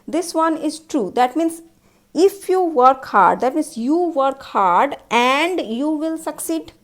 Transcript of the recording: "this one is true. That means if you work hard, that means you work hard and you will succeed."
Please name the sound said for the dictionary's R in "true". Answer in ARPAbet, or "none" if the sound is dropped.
R